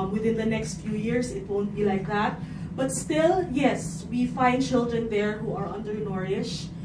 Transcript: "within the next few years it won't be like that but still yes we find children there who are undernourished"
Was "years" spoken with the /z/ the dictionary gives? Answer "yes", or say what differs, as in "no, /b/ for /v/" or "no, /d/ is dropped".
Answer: no, /s/ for /z/